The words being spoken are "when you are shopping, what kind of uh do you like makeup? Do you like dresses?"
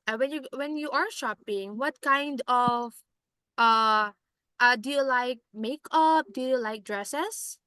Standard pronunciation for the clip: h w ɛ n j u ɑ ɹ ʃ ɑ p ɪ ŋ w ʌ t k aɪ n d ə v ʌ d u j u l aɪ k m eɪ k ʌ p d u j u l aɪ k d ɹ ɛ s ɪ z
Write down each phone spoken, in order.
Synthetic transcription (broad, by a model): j w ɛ n j u ɑ ɹ ʃ ɑ p ɪ ŋ w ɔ t k aɪ n d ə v ʌ d u j u l aɪ k m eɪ k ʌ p d u j u l aɪ k d ɹ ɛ s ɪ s